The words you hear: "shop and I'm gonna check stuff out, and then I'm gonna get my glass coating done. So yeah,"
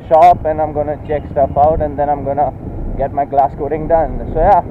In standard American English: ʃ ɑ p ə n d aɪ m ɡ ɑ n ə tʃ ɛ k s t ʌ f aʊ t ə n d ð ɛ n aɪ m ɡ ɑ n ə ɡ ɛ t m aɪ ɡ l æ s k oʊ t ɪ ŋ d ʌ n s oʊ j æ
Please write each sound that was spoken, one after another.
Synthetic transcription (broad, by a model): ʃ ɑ p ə n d aɪ m ɡ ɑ n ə tʃ ɛ k s t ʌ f aʊ t ə n d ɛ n aɪ m ɡ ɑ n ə ɡ ɛ t m aɪ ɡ l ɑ s k oʊ t ɪ ŋ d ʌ n s oʊ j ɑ